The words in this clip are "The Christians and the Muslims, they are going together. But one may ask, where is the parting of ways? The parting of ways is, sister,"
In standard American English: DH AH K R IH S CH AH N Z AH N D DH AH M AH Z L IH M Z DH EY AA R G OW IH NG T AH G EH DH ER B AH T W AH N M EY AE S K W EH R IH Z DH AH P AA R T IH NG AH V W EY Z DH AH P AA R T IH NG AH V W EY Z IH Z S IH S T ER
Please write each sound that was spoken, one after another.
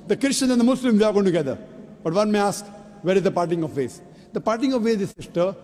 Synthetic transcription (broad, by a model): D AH K R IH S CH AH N AH N D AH M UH S L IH M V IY AA R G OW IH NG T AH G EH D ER B AH T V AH N M EY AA S K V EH R IH Z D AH P AA R T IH NG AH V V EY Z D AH P AA R T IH NG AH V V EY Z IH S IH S T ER